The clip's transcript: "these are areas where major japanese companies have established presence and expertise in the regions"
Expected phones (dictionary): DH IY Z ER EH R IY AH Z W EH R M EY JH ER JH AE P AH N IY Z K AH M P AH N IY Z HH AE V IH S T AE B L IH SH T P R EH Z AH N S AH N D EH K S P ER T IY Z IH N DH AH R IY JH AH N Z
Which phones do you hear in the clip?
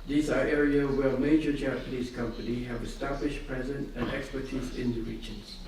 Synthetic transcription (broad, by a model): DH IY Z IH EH R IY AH W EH L M EY JH ER JH AE P AH N IY Z K AH M P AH N IY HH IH V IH S T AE B L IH SH P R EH Z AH N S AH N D EH K S P ER T IY Z IH N DH AH R IY JH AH N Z